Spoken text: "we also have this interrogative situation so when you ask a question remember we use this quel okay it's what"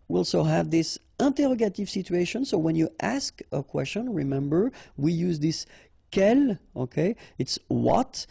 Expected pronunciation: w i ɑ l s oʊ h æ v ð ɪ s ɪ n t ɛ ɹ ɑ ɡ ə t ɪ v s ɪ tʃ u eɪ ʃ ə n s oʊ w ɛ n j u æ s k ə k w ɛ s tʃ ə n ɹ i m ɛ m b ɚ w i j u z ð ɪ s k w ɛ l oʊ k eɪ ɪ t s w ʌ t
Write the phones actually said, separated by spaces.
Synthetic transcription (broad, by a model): w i ɑ l s oʊ h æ v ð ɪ s ɪ n t ɛ ɹ ɑ ɡ ə t ɪ v s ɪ tʃ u eɪ ʃ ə n s oʊ w ɛ n j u æ s k ə k w ɛ s tʃ ə n ɹ i m ɛ m b ɚ w i j u z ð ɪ s k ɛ l oʊ k eɪ ɪ t s w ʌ t